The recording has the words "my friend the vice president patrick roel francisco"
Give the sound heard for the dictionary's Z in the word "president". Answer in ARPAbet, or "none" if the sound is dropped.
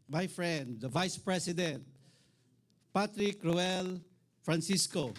S